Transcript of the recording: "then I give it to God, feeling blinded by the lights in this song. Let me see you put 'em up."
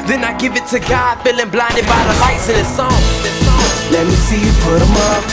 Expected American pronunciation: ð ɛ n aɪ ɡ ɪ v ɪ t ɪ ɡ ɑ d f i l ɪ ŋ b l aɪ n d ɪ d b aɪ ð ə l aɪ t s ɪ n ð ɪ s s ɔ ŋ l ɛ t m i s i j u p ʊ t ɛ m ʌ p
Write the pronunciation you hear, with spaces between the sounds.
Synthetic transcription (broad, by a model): ð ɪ n aɪ ɡ ɪ v ɪ t ɪ ɡ ɑ d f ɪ l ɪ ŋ b l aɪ n d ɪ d b aɪ ð ə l aɪ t s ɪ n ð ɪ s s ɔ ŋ l ɛ t m i s i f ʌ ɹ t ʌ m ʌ